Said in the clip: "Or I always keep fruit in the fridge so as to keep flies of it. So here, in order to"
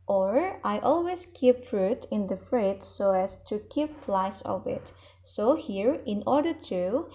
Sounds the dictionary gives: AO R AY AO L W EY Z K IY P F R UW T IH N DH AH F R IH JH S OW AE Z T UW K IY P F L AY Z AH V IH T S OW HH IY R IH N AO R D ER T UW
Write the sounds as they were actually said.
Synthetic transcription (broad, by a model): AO R AY AO L W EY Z K IY P F R UW T IH N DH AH F R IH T S OW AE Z T UW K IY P P L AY S AH V IH T S OW HH IY R IH N AO R D ER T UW